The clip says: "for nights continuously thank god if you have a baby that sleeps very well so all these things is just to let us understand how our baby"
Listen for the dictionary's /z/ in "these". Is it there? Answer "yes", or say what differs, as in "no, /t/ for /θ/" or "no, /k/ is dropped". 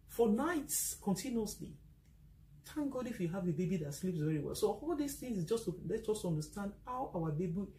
no, /s/ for /z/